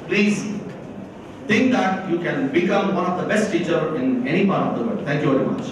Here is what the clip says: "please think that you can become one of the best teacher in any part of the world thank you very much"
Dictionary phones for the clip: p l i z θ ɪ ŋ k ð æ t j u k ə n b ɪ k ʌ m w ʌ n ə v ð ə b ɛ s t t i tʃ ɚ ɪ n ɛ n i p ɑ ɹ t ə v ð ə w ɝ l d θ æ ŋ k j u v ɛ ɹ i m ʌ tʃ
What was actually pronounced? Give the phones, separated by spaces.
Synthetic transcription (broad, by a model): p l i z t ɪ ŋ k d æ t j u k ə n b ɪ k ʌ m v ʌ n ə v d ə b ɛ s t t i tʃ ɚ ɪ n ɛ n i p ɑ ɹ t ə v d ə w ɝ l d t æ ŋ k j u v ɛ ɹ i m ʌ tʃ